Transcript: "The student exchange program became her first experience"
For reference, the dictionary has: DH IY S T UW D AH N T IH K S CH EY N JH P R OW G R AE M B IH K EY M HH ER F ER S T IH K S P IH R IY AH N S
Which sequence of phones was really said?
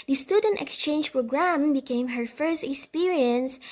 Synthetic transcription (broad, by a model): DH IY S T UW D AH N T IH K S CH EY N JH P R OW G R AE M B IH K EY M HH ER F ER S T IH K S P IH R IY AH N S